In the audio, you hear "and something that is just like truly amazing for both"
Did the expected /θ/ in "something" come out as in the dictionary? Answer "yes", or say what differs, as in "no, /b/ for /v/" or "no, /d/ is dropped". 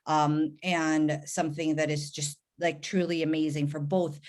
yes